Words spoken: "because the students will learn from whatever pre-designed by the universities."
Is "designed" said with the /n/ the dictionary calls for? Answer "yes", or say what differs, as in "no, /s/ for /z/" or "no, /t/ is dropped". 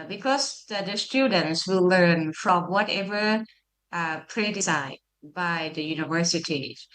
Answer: no, /n/ is dropped